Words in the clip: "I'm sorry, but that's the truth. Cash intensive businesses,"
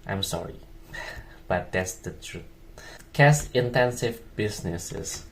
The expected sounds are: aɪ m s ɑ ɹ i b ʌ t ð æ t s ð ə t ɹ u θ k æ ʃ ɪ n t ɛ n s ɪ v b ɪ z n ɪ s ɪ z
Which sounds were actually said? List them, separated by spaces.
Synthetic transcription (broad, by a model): aɪ m s ɑ ɹ i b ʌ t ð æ t s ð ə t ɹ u t k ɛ s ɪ n t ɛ n s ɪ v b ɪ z n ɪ s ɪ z